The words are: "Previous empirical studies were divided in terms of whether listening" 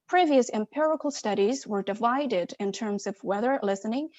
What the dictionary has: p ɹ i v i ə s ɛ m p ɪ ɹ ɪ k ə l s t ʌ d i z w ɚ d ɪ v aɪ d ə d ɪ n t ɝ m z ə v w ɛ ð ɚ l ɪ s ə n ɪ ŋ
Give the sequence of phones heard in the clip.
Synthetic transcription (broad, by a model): p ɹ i v i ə s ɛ m p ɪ ɹ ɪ k l s t ʌ d i z w ɚ d ɪ v aɪ d ə d ɪ n t ɝ m z ə v w ɛ ð ɚ l ɪ s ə n ɪ ŋ